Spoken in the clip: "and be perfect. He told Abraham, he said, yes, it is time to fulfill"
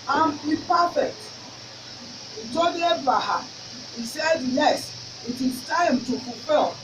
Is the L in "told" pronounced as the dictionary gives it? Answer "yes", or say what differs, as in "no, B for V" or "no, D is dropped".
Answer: no, L is dropped